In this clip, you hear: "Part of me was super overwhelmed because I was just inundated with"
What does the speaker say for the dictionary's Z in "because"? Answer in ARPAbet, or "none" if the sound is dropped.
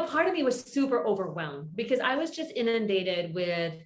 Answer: Z